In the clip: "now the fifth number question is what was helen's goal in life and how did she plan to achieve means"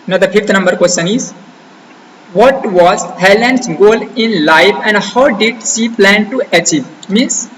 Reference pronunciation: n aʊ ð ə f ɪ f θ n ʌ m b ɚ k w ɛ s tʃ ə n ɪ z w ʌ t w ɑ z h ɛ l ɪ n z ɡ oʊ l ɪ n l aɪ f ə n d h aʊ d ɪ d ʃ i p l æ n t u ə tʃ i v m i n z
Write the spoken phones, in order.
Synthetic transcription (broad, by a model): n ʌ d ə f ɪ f t n ʌ m b ɚ k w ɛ s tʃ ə n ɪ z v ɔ t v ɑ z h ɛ l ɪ n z ɡ oʊ l ɪ n l aɪ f ə n d h aʊ d ɪ d s i p l æ n t u ə tʃ i v m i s